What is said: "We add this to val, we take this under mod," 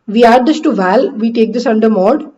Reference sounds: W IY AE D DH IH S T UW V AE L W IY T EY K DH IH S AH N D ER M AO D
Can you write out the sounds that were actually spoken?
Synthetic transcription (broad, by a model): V IY AE D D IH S T UW V AE L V IY T EY K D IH S AH N D ER M AO D